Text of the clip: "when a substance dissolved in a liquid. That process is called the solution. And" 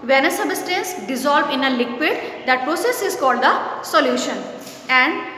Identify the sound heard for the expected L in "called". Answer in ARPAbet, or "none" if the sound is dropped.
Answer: L